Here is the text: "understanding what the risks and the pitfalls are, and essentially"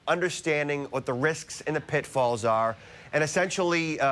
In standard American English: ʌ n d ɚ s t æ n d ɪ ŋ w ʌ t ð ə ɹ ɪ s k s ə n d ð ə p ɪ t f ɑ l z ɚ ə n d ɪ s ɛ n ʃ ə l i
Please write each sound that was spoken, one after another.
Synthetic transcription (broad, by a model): ʌ n d ɚ s t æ n d ɪ ŋ w ʌ t ð ə ɹ ɪ s k s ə n ð ə p ɪ t f ɑ l z ɚ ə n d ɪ s ɛ n ʃ l i